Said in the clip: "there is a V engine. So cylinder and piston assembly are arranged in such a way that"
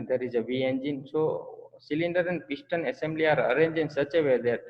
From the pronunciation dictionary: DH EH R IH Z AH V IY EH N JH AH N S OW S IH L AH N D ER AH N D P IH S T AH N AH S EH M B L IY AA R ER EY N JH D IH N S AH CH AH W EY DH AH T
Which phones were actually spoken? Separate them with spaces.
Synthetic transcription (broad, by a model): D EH R IH Z AH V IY EH N JH AH N S OW S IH L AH N D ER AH N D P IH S T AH N AH S EH M B L IY AA R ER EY N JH IH N S AH CH AH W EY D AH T